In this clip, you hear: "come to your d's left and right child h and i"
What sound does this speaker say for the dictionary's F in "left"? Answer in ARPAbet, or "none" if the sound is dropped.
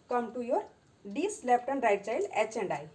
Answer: P